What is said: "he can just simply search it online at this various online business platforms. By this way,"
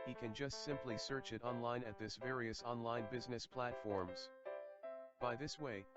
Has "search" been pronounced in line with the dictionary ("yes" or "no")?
yes